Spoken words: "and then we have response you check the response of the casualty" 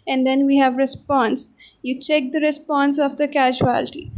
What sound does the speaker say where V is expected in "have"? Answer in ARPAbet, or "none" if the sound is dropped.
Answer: V